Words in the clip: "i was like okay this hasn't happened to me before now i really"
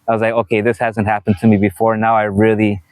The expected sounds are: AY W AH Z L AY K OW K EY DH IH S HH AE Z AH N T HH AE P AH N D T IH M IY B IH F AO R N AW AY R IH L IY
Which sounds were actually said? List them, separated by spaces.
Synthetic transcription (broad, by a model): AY W AH Z L AY K OW K EY DH IH S HH AE Z AH N T HH AE P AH N T IH M IY B IH F AO R N AW AY R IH L IY